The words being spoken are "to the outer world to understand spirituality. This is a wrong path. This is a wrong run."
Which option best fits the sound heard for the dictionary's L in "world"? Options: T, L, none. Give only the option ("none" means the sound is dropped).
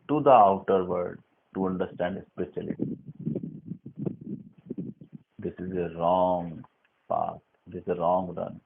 none